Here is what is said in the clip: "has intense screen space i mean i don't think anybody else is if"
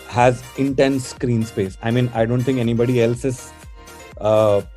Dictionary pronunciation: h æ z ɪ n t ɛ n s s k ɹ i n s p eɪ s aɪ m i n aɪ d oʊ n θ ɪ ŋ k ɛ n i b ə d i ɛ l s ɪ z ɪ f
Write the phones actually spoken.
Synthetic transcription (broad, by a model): h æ z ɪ n t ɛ n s s k ɹ i n s p eɪ s aɪ m i n aɪ d oʊ n t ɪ ŋ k ɛ n i b ə d i ɛ l s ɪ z